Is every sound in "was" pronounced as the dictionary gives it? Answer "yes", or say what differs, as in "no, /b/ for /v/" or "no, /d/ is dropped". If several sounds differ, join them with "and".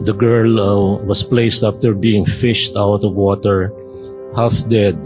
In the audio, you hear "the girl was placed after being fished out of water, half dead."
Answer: no, /s/ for /z/